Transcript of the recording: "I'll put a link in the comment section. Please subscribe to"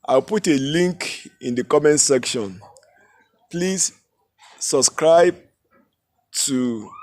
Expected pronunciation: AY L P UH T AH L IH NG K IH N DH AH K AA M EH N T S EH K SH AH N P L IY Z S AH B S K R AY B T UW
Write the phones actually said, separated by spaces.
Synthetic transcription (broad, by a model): AY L P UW T AH L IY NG K IH N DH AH K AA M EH N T S EH K SH AH N P L IY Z S AH B S K R AY B T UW